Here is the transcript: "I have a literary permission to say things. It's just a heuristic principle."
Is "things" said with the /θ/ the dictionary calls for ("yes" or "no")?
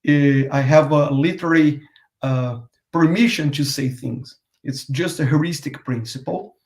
yes